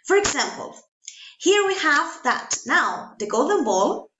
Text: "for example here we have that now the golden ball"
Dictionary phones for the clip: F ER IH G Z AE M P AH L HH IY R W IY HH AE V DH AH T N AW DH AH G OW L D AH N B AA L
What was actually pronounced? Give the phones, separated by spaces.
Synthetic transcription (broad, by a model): F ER IH G Z AE M P AH L HH IY R W IY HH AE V DH AH T N AW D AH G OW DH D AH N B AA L